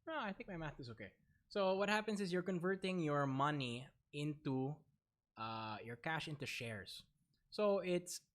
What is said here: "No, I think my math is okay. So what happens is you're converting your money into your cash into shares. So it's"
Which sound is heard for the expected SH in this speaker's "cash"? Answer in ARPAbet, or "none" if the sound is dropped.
SH